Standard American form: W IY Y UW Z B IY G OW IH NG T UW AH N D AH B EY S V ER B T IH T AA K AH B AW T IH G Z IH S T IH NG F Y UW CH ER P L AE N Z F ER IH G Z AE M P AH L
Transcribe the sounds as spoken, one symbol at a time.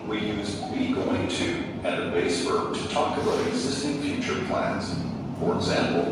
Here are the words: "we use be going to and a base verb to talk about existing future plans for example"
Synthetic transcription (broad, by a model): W IY Y UW Z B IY G OW IH NG T UW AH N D AH B EY S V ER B T IH T AA K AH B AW IH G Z IH S T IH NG F Y UW CH ER P L AE N Z F ER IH G Z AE M P L